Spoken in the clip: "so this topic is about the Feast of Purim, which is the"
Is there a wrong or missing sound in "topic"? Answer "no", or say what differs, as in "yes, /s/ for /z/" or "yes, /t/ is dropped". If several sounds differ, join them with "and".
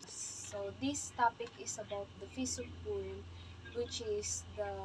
no